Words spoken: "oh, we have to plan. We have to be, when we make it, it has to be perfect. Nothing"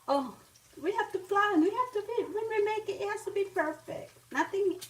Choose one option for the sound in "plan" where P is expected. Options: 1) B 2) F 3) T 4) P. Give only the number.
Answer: 2